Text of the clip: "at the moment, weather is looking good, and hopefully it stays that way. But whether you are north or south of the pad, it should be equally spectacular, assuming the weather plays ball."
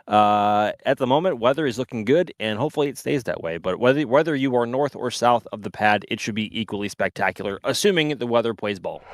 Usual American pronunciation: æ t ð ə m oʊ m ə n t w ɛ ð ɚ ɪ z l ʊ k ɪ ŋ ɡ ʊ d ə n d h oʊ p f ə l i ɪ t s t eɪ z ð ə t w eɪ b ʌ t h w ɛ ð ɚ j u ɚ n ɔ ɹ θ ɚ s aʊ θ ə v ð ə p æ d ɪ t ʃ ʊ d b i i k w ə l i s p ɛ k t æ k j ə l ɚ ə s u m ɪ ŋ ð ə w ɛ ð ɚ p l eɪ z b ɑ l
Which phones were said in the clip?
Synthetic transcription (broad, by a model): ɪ t ð ə m oʊ m ə n t w ɛ ð ɚ ɪ z l ʊ k ɪ ŋ ɡ ʊ d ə n h oʊ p f l i ɪ t s t eɪ z ð ə t w eɪ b ʌ t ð w ɛ ð ɚ j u ɚ n ɔ ɹ θ ɚ s aʊ θ ə v ð ə p æ d ɪ t ʃ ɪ d b i i k w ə l i s p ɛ k t æ k j l ɚ ə s u m ɪ ŋ ð ə w ɛ ð ɚ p ɪ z b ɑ l